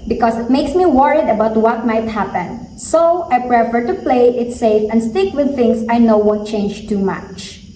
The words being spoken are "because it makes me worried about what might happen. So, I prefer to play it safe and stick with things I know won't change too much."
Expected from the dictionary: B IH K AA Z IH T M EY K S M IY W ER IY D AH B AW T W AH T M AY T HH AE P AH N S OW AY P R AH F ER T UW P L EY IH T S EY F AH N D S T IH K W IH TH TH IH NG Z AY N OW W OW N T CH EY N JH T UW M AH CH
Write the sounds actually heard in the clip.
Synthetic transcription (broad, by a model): B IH K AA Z IH T M EY K S M IY W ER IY D AH B AW T W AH T M AY T HH AE P AH N S OW AY P R AH F ER T UW P L EY IH T S EY F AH N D S T IH K W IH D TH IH NG S AY N OW W OW N T CH EY N JH T UW M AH CH